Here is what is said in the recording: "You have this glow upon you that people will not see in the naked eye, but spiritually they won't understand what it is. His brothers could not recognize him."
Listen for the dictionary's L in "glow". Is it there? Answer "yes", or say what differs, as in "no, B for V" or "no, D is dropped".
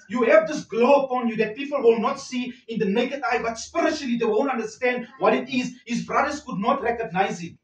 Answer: yes